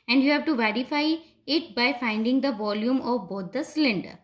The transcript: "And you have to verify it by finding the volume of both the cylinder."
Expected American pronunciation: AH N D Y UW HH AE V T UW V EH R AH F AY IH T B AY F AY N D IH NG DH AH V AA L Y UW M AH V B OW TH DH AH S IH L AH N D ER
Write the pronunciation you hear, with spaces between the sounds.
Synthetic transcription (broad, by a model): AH N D Y UW HH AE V T UW V EH R AH F AY IH T B AY F AY N D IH NG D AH V AA L Y UW M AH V B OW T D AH S L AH N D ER